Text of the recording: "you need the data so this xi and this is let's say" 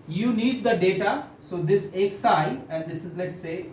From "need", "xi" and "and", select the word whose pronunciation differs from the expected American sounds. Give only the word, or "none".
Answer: xi